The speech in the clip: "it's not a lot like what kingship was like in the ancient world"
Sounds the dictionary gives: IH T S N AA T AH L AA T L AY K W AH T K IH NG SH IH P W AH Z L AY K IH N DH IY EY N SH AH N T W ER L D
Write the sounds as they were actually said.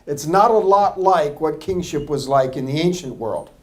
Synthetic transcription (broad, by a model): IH T S N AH T AH L AA T L AY K W AH T K IH NG SH IH P W AH Z L AY K IH N DH IY EY N SH AH N T W ER L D